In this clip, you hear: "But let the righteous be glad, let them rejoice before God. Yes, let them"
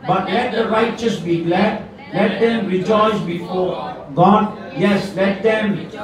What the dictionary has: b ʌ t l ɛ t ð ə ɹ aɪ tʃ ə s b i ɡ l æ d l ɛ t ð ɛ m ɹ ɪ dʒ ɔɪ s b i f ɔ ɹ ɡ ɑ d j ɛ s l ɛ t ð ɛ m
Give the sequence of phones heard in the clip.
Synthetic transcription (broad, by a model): b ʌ t l ɛ t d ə ɹ aɪ tʃ ə s b i ɡ l æ d l ɛ t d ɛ m ɹ ɪ dʒ ɔɪ s b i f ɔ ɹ ɡ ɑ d j ɛ s l ɛ t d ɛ m